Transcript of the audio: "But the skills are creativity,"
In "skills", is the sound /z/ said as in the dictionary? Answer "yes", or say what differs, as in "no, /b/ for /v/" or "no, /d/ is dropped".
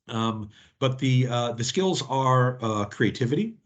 yes